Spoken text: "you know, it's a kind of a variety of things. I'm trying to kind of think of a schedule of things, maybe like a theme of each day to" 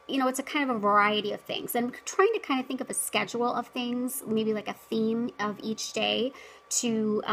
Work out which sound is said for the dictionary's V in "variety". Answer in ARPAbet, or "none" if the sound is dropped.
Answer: V